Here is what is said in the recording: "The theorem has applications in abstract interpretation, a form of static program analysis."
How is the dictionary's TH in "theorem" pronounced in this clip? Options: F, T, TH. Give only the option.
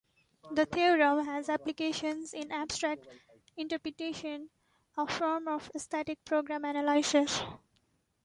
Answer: T